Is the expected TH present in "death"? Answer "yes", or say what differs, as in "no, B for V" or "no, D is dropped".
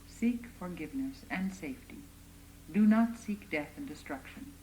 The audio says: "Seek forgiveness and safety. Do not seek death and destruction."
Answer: yes